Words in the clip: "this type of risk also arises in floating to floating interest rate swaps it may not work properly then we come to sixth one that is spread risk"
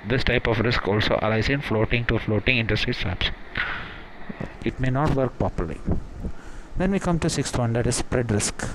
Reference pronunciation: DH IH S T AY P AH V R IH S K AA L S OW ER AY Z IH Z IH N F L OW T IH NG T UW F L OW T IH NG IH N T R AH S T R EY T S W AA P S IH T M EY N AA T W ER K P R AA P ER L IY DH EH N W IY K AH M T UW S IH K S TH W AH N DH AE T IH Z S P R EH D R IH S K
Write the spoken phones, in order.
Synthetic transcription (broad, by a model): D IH S T AY P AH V R IH S K AA L S OW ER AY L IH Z IH N F L OW T IH NG T UW F L OW T IH NG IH N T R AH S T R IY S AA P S IH T M EY N AA T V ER K P R AA P ER L IY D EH N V IY K AH M T UW S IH K S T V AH N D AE T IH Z S P R EH D R IH S K